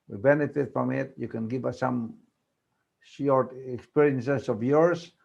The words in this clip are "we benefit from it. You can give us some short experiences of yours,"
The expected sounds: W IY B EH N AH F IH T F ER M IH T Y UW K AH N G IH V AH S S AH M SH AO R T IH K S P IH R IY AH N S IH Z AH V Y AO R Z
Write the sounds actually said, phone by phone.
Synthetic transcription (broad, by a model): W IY B EH N AH F IH T P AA M IH T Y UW K AH N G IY B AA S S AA M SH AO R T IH K S P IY R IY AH N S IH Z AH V Y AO R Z